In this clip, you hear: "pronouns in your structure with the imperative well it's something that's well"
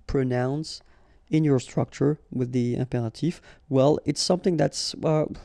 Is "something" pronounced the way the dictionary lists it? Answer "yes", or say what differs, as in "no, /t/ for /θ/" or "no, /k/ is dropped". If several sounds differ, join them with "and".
yes